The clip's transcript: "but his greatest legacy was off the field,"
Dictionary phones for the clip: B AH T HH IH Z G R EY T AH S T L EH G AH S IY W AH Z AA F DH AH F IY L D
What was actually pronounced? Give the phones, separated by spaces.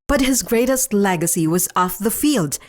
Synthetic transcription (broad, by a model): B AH T HH IH Z G R EY T AH S T L EH G AH S IY W AH Z AA F DH AH F IY L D